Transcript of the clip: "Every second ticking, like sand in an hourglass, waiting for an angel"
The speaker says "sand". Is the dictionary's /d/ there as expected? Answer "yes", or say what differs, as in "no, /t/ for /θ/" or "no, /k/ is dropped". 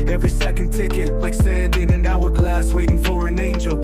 yes